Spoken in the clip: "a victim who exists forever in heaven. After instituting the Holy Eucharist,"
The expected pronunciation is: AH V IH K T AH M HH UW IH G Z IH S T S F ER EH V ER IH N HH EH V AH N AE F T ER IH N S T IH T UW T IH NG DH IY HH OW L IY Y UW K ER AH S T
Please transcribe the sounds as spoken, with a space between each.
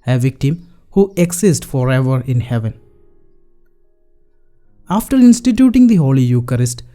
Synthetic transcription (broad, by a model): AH V IH K T AH M HH UW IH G S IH S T F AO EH V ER IH N HH EH V AH N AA F T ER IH N S T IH T UW T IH NG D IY HH OW L IY Y UW K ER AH S T